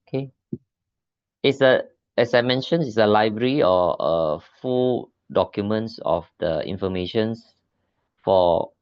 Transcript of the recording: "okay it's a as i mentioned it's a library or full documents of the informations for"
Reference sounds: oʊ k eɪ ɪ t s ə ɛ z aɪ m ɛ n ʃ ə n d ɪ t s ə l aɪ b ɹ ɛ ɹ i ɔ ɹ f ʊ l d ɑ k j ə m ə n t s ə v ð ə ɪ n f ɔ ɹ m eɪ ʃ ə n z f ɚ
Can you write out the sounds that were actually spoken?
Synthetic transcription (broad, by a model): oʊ k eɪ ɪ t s ə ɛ s aɪ m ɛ n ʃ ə n ɪ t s ə l aɪ b ɹ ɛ ɹ i ɔ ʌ f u d ɑ k j ə m ə n t s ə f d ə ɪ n f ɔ m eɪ ʃ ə n s f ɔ